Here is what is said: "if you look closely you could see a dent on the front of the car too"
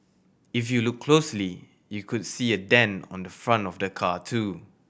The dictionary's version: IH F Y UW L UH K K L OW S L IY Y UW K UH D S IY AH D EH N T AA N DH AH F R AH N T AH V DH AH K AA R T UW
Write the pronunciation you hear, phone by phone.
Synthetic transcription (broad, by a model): IH F Y UW L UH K K L OW S L IY Y UW K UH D S IY AH D EH N AA N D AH F R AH N T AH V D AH K AA T UW